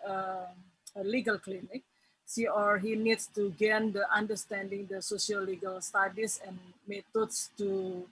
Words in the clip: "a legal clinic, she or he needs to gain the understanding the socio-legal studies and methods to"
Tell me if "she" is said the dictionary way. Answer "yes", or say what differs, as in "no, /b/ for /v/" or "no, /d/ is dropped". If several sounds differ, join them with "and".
no, /s/ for /ʃ/